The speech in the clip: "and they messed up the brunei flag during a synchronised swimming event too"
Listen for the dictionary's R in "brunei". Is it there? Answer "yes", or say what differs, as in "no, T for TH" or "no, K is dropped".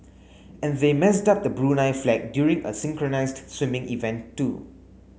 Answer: yes